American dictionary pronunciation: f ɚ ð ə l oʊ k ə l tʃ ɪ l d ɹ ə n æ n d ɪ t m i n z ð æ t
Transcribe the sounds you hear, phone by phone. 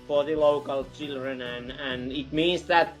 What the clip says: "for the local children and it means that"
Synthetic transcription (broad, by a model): f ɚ ð ə l oʊ k ə l tʃ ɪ l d ɹ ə n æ n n ɪ t m i n s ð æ t